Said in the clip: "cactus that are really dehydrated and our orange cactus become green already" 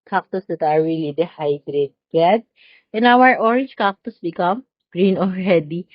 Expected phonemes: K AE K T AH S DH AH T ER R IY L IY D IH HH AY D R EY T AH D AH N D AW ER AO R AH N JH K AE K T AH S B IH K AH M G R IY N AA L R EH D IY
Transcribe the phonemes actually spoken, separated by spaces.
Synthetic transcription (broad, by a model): K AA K T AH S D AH T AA R IY L IY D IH HH AY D R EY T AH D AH N AW ER AO R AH N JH K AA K T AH S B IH K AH M G R IY N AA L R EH D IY